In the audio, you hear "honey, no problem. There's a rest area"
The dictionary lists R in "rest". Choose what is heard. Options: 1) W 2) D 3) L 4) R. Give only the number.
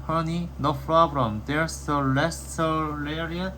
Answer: 3